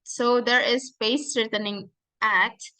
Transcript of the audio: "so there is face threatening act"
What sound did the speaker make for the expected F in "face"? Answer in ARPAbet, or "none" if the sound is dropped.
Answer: P